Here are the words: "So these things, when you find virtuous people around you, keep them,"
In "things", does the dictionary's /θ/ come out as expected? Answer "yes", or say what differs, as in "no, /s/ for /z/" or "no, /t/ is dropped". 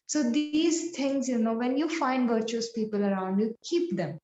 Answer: no, /t/ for /θ/